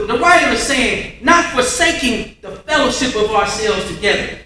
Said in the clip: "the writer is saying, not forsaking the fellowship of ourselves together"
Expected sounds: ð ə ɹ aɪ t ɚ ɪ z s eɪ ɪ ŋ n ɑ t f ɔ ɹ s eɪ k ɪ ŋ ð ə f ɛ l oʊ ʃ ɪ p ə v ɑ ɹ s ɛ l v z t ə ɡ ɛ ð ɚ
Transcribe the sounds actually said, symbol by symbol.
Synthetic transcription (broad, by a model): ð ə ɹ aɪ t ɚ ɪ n s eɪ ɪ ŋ n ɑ t f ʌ ɹ s eɪ k ɪ ŋ ð ə f ɛ l oʊ ʃ ɪ p ə v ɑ ɹ s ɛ l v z t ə ɡ ɛ ð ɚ